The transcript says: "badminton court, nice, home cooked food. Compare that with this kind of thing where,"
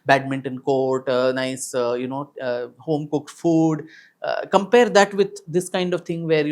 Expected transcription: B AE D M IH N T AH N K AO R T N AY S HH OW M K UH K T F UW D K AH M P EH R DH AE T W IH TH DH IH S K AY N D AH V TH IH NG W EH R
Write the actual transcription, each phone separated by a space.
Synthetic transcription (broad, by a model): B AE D M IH N T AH N K AO R T N AY S HH OW M K UH K T F UW D K AH M P EH R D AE T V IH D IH S K AY N D AH V T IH NG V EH R